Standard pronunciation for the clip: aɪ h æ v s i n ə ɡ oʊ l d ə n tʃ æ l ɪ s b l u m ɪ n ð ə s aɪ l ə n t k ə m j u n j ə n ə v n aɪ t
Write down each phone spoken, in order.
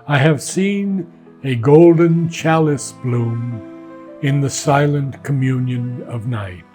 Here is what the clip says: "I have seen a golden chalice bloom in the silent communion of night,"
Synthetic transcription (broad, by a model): aɪ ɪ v s i n ə ɡ oʊ l d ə n tʃ æ l ɪ s b l u m ɪ n ð ə s aɪ l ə n k ə m j u n j ə n ə v n aɪ t